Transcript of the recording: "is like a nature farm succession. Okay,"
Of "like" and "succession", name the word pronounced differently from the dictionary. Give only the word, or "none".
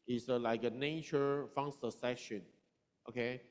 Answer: succession